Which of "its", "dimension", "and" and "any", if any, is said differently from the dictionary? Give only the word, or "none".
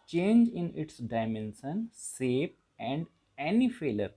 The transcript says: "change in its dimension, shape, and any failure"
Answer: dimension